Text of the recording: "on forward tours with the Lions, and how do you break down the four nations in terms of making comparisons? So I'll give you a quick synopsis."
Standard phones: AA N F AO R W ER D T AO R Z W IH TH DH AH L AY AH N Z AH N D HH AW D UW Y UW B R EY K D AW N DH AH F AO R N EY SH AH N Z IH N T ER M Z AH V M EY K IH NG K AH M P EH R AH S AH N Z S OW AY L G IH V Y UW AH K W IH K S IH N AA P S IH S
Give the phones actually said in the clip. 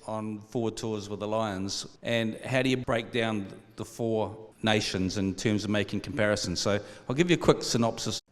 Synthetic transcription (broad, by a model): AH N F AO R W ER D T AO R Z W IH DH AH L AY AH N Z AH N HH AW D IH Y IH B R EY K D AW N DH AH F AO R N EY SH AH N Z IH N T ER M Z AH V M EY K IH NG K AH M P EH R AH S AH N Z S OW AY L G IH V Y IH AH K W IH K S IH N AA P S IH S